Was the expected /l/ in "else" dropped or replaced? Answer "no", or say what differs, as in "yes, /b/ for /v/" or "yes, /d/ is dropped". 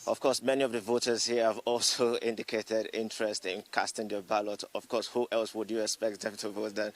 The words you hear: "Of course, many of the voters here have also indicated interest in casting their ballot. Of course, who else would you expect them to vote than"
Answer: no